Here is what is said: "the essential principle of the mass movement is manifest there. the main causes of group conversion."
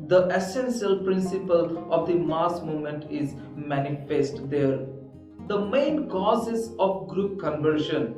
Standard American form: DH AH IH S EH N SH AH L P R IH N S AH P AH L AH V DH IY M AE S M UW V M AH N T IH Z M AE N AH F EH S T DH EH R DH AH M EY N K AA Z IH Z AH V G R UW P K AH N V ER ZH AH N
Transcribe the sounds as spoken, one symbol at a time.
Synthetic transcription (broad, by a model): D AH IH S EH N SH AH L P R IH N S AH P AH L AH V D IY M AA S M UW M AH N T IH Z M AE N AH F EH S T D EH R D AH M EY N K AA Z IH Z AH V G R UW P K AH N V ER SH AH N